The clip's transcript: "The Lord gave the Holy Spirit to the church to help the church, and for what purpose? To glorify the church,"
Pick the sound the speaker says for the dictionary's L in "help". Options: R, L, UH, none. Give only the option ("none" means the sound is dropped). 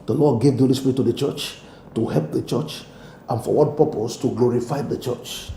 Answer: L